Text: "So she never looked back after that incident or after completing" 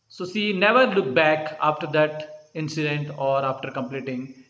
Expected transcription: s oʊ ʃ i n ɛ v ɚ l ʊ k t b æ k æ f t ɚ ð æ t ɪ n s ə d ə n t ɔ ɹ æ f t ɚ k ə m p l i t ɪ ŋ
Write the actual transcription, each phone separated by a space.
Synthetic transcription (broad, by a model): s oʊ s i n ɛ v ɚ l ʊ k b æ k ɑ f t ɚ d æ t ɪ n s ə d ə n t ɔ ɹ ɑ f t ɚ k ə m p l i t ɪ ŋ